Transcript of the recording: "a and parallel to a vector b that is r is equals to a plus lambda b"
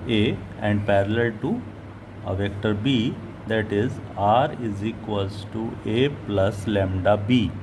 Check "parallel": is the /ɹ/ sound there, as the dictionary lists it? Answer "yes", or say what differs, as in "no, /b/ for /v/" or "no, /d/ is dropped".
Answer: yes